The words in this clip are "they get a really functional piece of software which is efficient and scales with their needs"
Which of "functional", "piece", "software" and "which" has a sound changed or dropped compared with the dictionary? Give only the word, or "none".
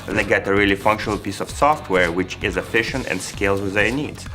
none